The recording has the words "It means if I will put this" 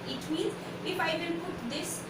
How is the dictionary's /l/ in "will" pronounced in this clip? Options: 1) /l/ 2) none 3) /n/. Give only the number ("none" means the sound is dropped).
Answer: 3